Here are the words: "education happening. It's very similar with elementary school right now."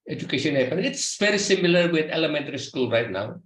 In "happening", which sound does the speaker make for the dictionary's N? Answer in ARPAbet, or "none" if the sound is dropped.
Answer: none